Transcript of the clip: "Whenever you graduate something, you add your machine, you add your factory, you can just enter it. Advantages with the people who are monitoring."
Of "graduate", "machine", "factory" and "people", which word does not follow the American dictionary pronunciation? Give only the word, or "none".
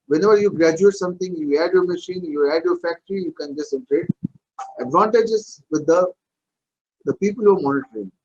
none